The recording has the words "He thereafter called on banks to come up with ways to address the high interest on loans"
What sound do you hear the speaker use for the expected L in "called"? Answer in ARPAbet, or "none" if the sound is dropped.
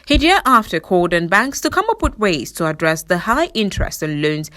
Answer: none